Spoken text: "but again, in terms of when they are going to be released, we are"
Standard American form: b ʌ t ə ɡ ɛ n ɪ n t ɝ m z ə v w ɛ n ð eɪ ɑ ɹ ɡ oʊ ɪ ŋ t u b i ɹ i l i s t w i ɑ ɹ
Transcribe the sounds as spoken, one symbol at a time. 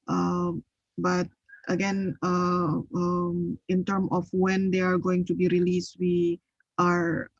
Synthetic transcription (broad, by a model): b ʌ t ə ɡ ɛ n ɪ n t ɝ m ə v w ɛ n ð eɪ ɑ ɹ ɡ oʊ ɪ ŋ t u b i ɹ i l i s t w i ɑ ɹ